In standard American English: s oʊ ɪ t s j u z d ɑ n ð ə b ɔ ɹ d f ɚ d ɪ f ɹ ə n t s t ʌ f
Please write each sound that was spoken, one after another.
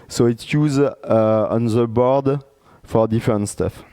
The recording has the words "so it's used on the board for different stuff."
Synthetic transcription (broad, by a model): s oʊ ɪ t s j u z ɑ n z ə b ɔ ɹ d f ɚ d ɪ f ɹ ə n t s t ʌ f